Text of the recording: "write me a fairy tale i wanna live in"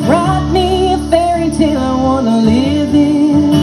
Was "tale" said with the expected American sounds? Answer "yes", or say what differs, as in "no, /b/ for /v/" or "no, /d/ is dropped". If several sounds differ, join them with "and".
no, /n/ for /l/